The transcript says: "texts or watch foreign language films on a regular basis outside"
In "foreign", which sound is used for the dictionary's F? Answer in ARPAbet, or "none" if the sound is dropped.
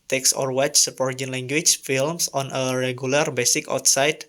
P